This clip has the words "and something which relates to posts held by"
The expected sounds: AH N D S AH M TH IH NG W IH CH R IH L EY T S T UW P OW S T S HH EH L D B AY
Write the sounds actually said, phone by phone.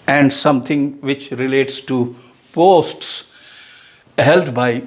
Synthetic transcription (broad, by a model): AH N D S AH M T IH NG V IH CH R IH L EY T S T UW P OW S T S HH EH L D B AY